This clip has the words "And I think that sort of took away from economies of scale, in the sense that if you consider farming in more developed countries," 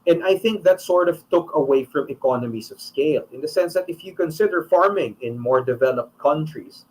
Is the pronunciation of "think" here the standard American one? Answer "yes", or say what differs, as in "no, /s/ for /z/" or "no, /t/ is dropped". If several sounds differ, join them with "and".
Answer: yes